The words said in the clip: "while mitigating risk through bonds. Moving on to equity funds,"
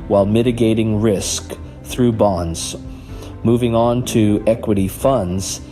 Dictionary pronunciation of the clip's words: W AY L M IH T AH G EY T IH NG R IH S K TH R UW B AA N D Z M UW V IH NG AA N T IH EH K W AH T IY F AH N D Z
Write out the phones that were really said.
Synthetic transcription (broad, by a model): W AY L M IH T AH G EY T IH NG R IH S K TH R UW B AA N D Z M UW V IH NG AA N T IH EH K W AH T IY F AH N D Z